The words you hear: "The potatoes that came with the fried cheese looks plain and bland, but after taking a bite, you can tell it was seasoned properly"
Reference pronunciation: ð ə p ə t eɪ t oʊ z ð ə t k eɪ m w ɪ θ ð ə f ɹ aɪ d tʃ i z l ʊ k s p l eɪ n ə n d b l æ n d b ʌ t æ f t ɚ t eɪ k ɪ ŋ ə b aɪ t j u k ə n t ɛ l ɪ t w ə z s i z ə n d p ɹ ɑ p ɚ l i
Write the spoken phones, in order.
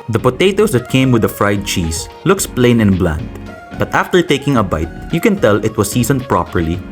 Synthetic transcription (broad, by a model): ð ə p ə t eɪ t oʊ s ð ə t k eɪ m w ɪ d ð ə f ɹ aɪ d tʃ i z l ʊ k s p l eɪ n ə n b l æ n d b ʌ t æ f t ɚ t eɪ k ɪ ŋ ə b aɪ t j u k ə n t ɛ l ɪ t w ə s i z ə n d p ɹ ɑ p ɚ l i